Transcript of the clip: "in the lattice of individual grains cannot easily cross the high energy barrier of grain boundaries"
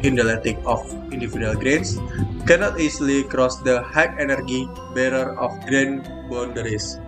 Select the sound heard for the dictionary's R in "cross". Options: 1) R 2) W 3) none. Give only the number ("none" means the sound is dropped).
1